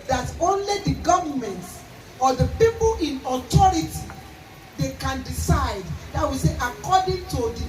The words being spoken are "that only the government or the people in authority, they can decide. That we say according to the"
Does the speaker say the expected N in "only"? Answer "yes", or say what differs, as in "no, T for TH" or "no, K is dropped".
yes